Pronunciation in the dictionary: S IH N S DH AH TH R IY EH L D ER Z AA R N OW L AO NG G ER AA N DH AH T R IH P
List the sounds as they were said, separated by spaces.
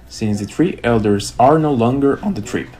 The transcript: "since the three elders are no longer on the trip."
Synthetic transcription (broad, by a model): S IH N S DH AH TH R IY EH L D ER Z AA R N OW L AO NG G ER N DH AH T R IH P